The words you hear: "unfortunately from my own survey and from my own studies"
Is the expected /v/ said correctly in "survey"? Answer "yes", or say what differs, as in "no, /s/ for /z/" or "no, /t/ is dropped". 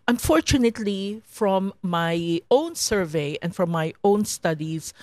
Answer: yes